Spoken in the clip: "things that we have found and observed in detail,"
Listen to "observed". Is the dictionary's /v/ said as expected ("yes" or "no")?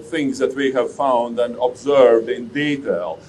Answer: yes